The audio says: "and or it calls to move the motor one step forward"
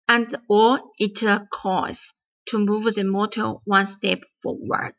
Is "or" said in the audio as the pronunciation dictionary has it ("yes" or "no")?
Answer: no